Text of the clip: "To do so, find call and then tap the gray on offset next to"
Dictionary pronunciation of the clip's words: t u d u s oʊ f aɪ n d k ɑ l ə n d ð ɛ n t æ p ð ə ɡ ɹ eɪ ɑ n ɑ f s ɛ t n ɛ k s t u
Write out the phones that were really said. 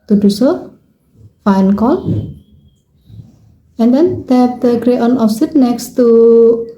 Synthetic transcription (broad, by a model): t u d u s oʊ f aɪ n k ɑ l ə n d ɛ n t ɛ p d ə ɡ ɹ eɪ ɑ n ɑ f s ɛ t n ɛ k s t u